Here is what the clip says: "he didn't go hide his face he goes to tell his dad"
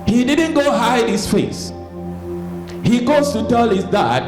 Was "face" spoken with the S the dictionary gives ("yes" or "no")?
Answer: yes